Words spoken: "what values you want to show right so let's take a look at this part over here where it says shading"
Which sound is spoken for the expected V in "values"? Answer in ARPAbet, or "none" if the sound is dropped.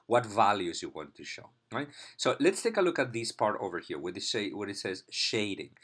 V